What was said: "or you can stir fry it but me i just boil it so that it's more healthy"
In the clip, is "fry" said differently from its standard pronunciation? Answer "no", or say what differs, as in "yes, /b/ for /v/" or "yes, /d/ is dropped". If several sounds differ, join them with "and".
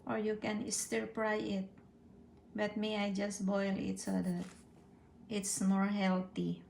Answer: yes, /p/ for /f/